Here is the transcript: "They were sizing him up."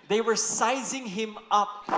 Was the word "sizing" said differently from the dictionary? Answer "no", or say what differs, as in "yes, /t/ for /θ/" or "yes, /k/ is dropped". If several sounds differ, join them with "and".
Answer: no